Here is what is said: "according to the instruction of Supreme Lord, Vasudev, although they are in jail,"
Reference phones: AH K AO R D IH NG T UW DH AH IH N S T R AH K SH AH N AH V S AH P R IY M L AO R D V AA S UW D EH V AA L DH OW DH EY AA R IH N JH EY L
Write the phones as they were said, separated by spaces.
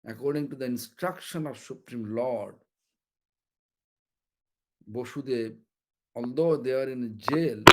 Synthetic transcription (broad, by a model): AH K AO R D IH NG T UW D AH IH N S T R AH K SH AH N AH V S AH P R IY M L AO R D B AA SH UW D EH B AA L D OW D EY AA R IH N JH EY L